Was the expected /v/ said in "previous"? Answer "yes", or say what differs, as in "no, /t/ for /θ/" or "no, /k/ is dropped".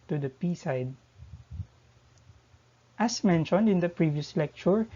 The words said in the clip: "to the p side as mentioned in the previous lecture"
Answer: yes